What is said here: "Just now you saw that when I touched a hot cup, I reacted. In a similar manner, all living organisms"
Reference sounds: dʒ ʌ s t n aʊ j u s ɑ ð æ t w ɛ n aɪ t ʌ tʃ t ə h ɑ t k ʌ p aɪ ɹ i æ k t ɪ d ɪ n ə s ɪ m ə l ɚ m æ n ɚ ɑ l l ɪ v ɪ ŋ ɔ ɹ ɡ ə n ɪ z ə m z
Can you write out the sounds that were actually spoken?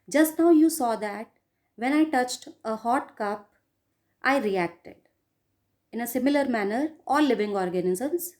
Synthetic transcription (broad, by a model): dʒ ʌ s t n aʊ j u s ɑ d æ t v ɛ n aɪ t ʌ tʃ t ə h ɑ t k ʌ p aɪ ɹ i æ k t ɪ d ɪ n ə s ɪ m ə l ɚ m æ n ɚ ɑ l l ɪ v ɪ ŋ ɔ ɹ ɡ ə n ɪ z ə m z